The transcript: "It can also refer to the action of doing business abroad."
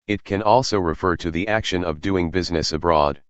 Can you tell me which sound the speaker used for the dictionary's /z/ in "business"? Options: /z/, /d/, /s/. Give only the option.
/z/